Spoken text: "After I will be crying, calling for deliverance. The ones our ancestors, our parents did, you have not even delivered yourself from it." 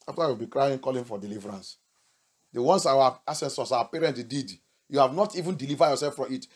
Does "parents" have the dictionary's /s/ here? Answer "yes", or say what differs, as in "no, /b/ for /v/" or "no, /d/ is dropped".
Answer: no, /s/ is dropped